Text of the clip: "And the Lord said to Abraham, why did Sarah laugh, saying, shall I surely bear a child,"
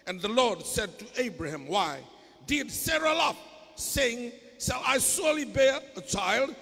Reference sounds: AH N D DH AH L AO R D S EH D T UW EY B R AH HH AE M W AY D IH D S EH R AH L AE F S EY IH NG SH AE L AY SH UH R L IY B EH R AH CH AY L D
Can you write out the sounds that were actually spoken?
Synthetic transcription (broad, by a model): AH N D DH AH L AO R D S EH D T UW EY B R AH HH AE M W AY D IH D S EH R AH L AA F S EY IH NG S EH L AY S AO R L IY B EH R AH CH AY L D